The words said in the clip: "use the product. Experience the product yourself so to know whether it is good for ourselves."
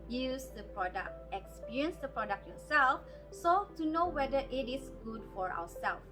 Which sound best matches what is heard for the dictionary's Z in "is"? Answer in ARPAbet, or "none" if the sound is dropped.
S